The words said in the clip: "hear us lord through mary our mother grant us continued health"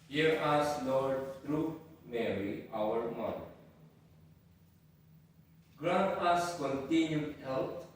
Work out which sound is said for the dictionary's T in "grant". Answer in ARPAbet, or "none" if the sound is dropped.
none